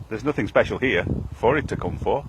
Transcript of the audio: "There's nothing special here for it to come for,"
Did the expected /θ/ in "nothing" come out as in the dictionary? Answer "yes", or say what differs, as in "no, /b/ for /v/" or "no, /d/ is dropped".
yes